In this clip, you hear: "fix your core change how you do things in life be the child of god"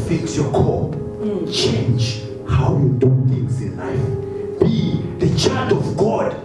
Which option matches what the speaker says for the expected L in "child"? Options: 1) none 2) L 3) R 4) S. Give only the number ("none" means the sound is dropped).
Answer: 1